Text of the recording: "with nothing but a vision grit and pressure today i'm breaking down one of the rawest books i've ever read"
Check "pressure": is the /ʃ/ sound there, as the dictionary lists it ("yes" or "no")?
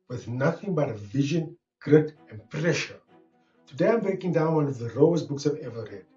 yes